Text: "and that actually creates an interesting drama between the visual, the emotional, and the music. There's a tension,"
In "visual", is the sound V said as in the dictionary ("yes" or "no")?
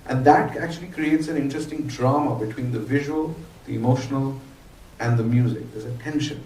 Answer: yes